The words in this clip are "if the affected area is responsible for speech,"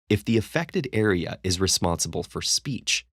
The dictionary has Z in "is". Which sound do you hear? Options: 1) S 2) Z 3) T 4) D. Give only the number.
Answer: 2